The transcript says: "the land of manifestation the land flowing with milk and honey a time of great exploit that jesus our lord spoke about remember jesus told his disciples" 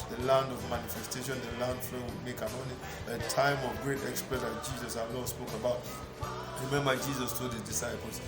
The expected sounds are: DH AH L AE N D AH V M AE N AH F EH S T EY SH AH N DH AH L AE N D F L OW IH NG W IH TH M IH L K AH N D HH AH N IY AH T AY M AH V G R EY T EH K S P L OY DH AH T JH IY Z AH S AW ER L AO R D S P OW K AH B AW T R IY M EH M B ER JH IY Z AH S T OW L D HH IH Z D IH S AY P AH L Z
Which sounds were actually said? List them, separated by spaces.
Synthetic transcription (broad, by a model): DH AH L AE N D AH V M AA N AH F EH S T EY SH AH N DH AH L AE N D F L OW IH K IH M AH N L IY AH T AY M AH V G R EY T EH K S P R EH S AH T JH IY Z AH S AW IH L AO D S P OW K AH B AW T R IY M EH M B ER JH IY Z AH S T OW D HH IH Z D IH S AY P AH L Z